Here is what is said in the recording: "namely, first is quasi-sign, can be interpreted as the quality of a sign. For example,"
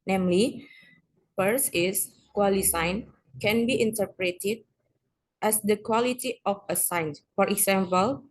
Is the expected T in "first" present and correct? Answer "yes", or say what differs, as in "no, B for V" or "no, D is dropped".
no, T is dropped